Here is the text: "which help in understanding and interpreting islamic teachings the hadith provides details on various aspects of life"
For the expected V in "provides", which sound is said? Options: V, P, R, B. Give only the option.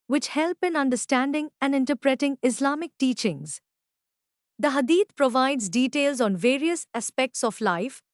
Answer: V